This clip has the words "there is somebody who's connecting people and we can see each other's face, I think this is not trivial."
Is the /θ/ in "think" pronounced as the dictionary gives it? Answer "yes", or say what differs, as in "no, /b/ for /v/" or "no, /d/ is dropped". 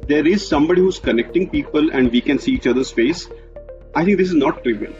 no, /t/ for /θ/